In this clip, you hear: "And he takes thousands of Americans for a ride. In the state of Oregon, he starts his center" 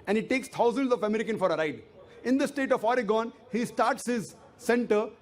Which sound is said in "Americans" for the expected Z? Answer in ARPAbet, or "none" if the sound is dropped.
none